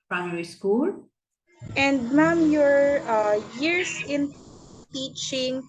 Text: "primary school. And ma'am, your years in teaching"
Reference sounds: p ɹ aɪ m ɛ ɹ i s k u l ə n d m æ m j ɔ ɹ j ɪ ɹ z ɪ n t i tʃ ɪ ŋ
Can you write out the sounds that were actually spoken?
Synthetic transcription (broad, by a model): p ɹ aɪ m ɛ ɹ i s k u l ə n d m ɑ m j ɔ ɹ j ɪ ɹ s ɪ n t i tʃ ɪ ŋ